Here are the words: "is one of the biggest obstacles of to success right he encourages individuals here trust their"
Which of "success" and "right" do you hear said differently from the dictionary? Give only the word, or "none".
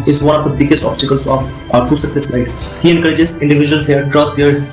right